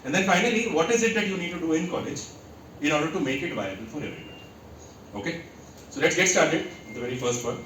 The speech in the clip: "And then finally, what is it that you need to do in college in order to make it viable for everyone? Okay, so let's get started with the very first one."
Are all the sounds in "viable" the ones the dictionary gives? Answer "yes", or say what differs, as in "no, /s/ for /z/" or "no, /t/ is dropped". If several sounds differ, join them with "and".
yes